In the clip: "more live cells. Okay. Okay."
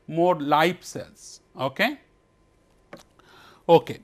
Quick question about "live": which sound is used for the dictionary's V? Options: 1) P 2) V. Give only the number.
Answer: 1